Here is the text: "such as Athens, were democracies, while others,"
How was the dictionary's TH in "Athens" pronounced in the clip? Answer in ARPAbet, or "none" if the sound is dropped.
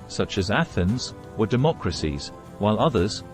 TH